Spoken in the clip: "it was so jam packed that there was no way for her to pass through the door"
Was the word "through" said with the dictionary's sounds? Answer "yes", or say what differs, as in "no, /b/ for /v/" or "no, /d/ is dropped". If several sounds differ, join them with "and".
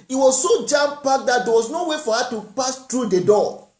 no, /t/ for /θ/